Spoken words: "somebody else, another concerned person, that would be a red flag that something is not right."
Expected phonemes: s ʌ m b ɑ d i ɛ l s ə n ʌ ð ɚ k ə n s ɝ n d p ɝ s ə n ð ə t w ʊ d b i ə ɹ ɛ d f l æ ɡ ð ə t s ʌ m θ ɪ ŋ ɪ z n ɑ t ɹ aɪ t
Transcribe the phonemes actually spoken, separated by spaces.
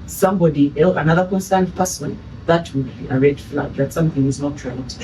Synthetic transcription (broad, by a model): s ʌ m b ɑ d i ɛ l ə n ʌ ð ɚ k ə n s ɝ n d p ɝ s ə n ð ə t w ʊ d b i ə ɹ ɛ d f l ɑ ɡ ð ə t s ʌ m θ ɪ ŋ ɪ z n ɑ t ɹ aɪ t